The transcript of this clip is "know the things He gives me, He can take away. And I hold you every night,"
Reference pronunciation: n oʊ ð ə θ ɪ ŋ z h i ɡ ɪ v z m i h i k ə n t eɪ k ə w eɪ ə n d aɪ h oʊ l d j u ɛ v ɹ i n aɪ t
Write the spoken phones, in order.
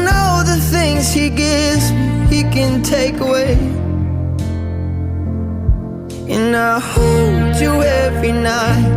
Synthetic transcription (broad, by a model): n oʊ ð ə θ ɪ ŋ z h i ɡ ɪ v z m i h i k ə n t eɪ k ə w eɪ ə n aɪ h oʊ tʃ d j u ɛ v ɹ i n aɪ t